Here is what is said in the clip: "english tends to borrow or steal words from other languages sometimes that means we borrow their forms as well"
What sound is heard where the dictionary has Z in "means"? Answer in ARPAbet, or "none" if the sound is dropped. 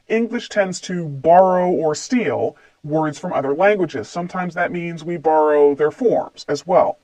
Z